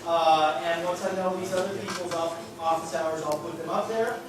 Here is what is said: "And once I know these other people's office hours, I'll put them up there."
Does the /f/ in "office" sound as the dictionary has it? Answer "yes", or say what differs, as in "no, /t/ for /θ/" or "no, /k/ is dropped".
no, /p/ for /f/